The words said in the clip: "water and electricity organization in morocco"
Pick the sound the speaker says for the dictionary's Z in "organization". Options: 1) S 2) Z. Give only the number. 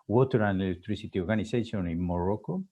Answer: 1